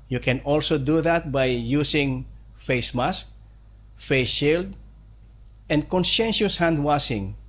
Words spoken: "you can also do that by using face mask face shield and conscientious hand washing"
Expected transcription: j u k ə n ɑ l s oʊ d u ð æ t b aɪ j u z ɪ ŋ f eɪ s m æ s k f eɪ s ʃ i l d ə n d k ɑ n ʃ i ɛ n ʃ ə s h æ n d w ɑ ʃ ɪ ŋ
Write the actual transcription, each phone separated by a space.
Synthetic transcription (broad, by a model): j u k ə n ɑ l s oʊ d u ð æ t b aɪ j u s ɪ ŋ f eɪ s m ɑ s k f eɪ s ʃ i l d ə n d k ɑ n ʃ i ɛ n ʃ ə s h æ n d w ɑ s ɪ ŋ